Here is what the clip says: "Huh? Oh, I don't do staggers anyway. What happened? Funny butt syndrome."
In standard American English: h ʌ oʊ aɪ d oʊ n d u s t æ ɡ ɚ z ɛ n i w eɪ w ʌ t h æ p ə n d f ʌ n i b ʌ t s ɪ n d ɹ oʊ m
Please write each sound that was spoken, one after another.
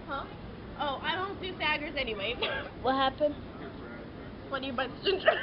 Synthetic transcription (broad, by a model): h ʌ oʊ aɪ d oʊ n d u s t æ ɡ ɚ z ɛ n i w eɪ w ʌ t h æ p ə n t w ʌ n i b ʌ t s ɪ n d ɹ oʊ